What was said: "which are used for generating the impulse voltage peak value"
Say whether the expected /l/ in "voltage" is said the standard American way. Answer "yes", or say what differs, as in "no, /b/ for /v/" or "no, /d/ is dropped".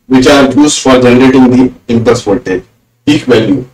no, /l/ is dropped